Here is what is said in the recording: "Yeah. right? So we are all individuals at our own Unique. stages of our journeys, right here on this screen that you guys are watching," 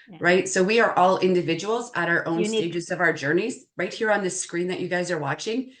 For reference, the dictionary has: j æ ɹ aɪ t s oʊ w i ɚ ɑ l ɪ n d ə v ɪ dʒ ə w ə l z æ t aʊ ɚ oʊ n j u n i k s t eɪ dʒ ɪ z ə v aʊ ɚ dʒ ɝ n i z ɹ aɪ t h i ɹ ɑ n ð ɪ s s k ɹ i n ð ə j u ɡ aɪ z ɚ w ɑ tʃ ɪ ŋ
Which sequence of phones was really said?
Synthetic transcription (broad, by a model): ɹ aɪ t s oʊ w i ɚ ɑ l ɪ n d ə v ɪ dʒ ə w l z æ t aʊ ɚ oʊ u n s t eɪ dʒ ɪ z ə v aʊ ɚ dʒ ɝ n i z ɹ aɪ t h i ɹ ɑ n ð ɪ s s k ɹ i n ð ə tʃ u ɡ aɪ z ɚ w ɑ tʃ ɪ ŋ